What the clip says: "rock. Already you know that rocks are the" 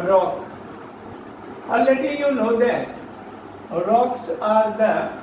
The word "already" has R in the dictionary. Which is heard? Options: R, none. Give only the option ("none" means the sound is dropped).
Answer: none